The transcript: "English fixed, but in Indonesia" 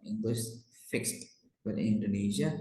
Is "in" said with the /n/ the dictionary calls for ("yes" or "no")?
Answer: no